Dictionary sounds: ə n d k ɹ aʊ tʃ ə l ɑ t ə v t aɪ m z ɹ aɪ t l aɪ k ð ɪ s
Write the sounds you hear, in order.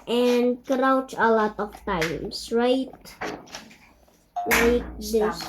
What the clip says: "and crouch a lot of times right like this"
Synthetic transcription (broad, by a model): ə n k ɹ aʊ tʃ ə l ɑ t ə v t aɪ m s ɹ aɪ t l aɪ k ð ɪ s